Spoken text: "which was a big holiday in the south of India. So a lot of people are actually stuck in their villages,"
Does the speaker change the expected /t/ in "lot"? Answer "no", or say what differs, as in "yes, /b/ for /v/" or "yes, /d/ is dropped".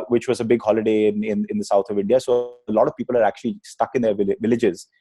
no